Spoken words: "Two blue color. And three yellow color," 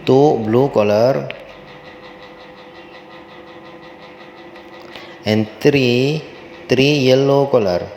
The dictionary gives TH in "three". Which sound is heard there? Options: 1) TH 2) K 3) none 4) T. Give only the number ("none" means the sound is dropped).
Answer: 4